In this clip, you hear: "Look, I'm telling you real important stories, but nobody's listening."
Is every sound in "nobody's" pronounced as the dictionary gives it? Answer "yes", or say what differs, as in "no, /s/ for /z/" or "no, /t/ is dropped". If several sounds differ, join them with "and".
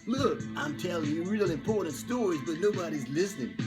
no, /l/ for /n/